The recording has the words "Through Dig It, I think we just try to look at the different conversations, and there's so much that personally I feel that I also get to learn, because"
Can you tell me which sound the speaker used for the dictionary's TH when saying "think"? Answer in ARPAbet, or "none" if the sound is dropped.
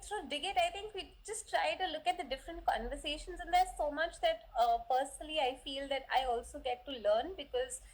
T